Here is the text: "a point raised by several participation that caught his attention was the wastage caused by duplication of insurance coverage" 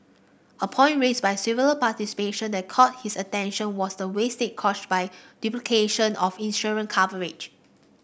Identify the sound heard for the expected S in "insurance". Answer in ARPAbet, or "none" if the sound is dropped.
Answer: none